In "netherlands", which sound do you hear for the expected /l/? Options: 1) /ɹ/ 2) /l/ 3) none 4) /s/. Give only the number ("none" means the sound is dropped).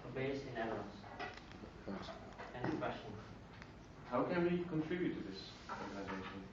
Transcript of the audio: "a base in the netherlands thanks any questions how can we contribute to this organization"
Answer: 3